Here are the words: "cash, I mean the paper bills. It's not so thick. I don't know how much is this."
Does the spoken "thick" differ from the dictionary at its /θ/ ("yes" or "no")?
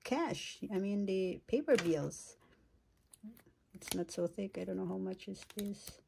no